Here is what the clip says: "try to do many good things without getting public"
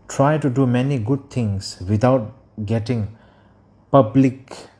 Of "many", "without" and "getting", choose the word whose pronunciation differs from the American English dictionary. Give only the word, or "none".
without